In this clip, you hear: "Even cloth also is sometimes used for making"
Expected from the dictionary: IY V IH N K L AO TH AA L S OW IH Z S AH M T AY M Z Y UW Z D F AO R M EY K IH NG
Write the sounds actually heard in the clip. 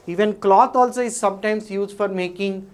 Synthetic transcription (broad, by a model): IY V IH N K L AO T AA L S OW IH Z S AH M T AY M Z Y UW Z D F AO R M EY K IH NG